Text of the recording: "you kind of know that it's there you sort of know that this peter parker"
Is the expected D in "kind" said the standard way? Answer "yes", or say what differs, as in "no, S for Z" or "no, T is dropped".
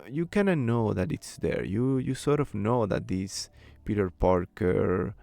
no, D is dropped